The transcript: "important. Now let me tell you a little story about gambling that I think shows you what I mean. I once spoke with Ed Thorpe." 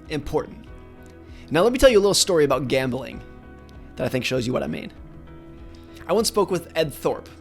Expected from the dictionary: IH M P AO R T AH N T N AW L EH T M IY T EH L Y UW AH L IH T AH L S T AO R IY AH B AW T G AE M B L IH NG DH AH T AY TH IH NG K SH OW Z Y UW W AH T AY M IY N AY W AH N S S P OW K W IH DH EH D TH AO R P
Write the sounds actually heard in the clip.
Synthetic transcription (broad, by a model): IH M P AO R T N T N AW L EH T M IY T EH L Y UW AH L IH T L S T AO R IY AH B AW T G AE M B L IH NG DH AH T AY TH IH NG K SH OW Z Y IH W AH T AY M IY N AY W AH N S S P OW K W IH DH EH D TH AO R P